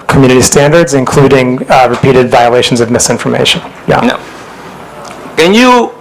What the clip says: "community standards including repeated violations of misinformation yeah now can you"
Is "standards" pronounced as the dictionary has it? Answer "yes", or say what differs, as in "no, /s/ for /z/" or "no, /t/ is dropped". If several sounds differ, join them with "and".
yes